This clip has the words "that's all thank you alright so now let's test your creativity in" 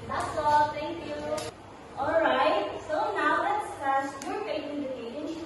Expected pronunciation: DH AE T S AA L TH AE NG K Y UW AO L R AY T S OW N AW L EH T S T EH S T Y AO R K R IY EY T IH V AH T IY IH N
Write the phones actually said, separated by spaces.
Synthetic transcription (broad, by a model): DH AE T S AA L T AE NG K Y UW AO L R AY T S OW N AW L EH T S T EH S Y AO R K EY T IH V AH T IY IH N